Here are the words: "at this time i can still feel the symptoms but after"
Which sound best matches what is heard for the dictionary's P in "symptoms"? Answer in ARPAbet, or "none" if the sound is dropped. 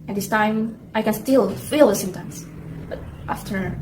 none